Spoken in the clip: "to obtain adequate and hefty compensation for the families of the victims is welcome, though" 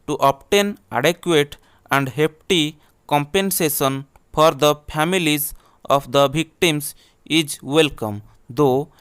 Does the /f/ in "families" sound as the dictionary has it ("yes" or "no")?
no